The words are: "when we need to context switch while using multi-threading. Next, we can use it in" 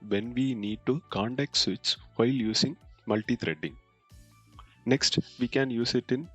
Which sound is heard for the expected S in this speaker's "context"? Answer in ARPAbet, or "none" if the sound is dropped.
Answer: none